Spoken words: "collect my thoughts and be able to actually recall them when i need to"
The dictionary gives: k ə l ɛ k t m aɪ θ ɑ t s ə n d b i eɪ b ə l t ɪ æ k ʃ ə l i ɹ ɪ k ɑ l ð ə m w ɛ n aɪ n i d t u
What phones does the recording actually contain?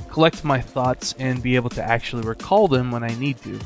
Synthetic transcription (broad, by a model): k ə l ɛ k t m aɪ θ ɑ t s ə n b i eɪ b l t ɪ æ k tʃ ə l i ɹ ɪ k ɑ l ð ə m w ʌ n aɪ n i d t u